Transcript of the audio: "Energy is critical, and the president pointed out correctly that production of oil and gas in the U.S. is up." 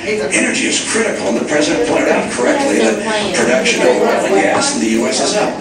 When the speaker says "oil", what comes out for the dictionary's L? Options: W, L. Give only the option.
W